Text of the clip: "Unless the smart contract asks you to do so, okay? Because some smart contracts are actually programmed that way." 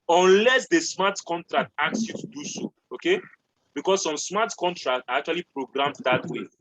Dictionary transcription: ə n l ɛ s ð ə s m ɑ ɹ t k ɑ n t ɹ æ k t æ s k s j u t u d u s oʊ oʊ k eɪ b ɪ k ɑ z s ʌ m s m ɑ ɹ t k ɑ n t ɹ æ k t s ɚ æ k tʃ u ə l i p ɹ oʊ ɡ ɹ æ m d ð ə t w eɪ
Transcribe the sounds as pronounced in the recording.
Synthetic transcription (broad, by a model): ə n l ɛ s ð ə s m ɑ t k ɑ n t ɹ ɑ k t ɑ k s j u t u d u s oʊ oʊ k eɪ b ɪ k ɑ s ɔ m s m ɑ t k ɑ n t ɹ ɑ k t ɑ k tʃ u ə l i p ɹ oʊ ɡ ɹ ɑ m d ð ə t w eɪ